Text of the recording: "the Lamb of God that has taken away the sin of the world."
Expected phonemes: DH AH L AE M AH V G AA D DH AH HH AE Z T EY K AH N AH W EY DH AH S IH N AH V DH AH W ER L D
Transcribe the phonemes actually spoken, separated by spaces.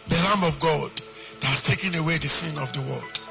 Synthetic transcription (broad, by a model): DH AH L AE M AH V G AA D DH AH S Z T EY K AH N AH W EY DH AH S IH N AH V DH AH W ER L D